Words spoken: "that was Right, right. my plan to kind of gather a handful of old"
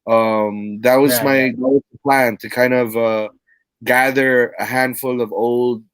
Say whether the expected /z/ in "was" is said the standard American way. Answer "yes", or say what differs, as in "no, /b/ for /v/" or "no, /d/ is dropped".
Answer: yes